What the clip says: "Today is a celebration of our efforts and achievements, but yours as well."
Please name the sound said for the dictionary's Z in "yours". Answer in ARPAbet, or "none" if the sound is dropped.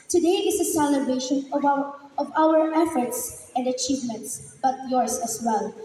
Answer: S